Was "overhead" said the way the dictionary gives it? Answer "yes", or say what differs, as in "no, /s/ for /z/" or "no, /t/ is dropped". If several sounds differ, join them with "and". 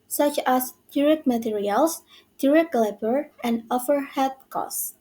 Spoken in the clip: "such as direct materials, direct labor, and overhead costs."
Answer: no, /f/ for /v/